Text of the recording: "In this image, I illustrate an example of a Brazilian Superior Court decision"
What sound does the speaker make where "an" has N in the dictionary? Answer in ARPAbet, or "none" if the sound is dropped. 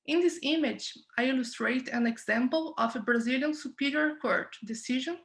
N